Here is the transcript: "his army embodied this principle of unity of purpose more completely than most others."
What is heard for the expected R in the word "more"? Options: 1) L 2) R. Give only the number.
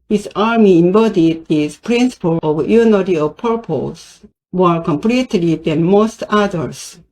1